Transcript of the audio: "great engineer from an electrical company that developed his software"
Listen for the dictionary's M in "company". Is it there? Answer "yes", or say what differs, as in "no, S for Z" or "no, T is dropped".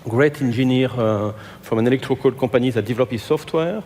no, M is dropped